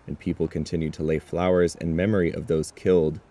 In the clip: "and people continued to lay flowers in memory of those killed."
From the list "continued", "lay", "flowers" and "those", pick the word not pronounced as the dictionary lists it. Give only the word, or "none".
none